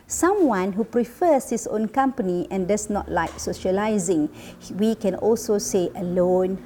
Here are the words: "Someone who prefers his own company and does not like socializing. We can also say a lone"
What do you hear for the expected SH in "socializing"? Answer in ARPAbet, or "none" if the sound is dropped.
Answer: SH